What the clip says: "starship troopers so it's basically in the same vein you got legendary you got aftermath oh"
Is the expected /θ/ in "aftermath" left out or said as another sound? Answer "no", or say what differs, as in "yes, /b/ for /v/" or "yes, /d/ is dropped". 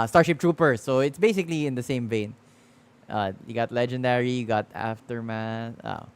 yes, /s/ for /θ/